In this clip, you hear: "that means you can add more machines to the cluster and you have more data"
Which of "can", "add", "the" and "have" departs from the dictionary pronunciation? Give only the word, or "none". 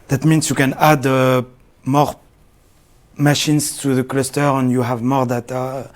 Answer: none